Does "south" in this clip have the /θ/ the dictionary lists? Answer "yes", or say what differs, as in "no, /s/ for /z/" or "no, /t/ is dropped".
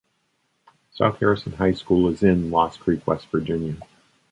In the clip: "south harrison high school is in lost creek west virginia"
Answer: yes